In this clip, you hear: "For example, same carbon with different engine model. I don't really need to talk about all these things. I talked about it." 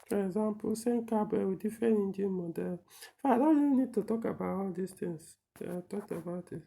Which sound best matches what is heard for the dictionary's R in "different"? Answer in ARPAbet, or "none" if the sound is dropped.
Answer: none